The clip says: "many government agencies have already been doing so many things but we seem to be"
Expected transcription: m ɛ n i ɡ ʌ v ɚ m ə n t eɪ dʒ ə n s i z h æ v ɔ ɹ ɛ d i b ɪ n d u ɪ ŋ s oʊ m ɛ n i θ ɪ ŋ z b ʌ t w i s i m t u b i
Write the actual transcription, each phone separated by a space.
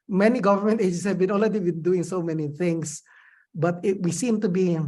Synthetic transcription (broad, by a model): m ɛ n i ɡ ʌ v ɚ m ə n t eɪ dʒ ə n s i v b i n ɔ l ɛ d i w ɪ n d u ɪ ŋ s oʊ m ɛ n i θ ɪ ŋ s b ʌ t w i s i m t u b i